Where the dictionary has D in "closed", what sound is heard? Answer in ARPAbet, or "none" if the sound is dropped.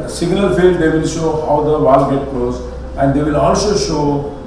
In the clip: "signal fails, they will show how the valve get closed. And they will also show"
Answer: none